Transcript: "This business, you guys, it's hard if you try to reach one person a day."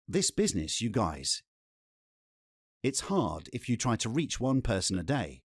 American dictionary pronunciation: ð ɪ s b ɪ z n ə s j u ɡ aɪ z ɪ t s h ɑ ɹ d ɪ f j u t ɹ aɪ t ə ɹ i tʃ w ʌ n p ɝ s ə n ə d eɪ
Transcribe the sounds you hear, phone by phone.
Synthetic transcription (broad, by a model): ð ɪ s b ɪ z n ə s j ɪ ɡ aɪ z ɪ t s h ɑ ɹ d ɪ f j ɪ t ɹ aɪ t ə ɹ i tʃ w ʌ n p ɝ s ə n ə d eɪ